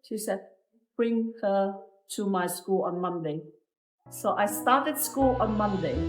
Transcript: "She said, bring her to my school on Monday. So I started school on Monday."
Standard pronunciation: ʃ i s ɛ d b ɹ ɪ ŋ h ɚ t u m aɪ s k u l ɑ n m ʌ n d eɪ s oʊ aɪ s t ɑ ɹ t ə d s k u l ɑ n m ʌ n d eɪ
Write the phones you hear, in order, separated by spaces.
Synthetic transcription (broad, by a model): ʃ i s ɛ d b ɹ ɪ ŋ h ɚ t u m aɪ s k u l ɑ n m ʌ n d eɪ s oʊ aɪ s t ɑ t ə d s k u l ɑ n m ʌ n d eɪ